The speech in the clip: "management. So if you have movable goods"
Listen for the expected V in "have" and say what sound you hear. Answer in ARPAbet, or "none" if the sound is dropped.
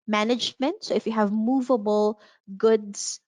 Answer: V